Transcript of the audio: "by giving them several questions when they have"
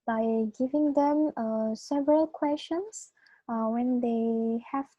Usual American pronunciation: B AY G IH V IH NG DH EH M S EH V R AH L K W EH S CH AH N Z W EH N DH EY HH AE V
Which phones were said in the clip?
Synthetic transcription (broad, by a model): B AY G IH V IH NG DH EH M S EH V R AH L K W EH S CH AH N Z W EH N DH EY HH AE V